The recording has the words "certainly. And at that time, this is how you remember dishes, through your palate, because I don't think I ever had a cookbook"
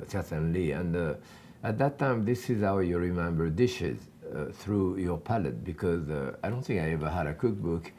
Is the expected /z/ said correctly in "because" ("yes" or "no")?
yes